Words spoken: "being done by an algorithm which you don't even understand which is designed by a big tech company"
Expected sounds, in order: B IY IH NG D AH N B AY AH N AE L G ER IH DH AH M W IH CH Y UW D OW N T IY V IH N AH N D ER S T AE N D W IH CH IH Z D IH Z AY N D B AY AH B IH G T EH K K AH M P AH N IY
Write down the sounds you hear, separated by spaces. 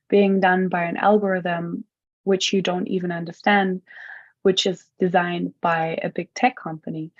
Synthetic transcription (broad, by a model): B IY IH NG D AH N B AY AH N AE L G ER IH DH AH M W IH CH Y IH D OW N T IY V IH N AH N D ER S T AE N D W IH CH IH Z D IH Z AY N B AY AH B IH G T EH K K AH M P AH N IY